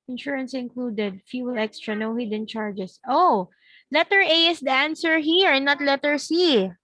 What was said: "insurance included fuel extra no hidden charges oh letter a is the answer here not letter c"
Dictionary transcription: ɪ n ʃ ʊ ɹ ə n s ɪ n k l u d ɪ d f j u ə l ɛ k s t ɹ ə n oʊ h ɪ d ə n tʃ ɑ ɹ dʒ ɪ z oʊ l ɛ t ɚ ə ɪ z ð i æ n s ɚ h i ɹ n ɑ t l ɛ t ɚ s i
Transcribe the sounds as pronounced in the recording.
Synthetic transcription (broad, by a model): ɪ n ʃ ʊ ɹ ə n s ɪ n k l u d ɪ d f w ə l ɛ k s t ɹ ə n oʊ h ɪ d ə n tʃ ɑ ɹ dʒ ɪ s oʊ l ɛ t ɚ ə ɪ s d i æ n s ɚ h i ɹ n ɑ t l ɛ t ɚ s i